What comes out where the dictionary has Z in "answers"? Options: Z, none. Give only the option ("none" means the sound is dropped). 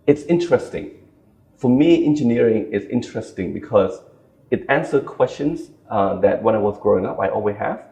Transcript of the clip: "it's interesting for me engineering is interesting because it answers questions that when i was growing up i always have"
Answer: none